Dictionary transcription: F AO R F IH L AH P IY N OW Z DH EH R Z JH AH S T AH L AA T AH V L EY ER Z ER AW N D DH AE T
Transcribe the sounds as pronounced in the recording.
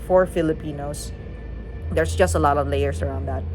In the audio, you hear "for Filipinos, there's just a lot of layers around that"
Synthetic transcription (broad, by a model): F AO R F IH L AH P IY N OW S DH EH R S JH AH S T AH L AA T AH V L EY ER S ER AW N D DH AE T